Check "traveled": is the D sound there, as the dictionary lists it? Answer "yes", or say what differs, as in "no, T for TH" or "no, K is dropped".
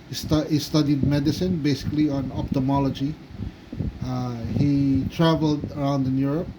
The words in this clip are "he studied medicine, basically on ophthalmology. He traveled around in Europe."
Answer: yes